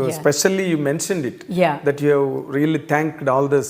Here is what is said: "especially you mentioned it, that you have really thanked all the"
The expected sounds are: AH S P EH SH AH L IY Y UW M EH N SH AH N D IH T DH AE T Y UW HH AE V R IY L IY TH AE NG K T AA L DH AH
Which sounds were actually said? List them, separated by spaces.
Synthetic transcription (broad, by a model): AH S P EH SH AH L IY Y UW M EH N SH AH N D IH T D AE T Y UW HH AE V R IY L IY T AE NG K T AA L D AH